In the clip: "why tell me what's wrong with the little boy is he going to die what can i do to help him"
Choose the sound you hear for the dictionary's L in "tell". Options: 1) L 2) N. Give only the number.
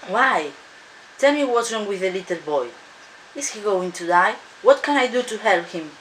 1